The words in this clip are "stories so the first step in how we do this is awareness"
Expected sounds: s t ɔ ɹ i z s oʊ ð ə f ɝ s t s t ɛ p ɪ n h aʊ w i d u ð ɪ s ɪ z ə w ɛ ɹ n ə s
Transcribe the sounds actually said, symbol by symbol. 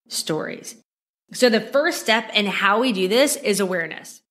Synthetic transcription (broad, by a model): s t ɔ ɹ i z s oʊ ð ə f ɝ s s t ɛ p ɪ n h aʊ w i d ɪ ð ɪ s ɪ z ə w ɛ ɹ n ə s